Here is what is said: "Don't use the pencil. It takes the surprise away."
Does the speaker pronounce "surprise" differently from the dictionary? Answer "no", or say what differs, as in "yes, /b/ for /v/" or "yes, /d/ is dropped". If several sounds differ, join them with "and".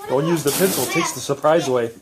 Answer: no